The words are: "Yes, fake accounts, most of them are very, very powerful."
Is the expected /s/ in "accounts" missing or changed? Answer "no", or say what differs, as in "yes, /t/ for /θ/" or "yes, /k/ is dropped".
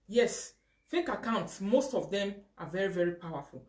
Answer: no